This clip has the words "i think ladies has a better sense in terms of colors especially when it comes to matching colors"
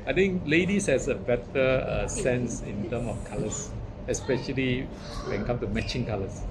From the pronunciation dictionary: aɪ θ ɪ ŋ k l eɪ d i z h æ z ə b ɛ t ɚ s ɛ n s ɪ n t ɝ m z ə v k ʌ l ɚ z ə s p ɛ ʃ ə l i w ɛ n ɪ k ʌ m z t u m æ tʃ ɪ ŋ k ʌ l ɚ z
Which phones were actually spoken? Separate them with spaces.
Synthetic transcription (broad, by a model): aɪ t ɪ ŋ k l eɪ d i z h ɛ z ə b ɛ t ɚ s ɛ n s ɪ n t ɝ m ə f k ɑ l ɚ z ə s p ɛ ʃ ə l i w ɛ n k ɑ m t u m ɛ tʃ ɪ ŋ k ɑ l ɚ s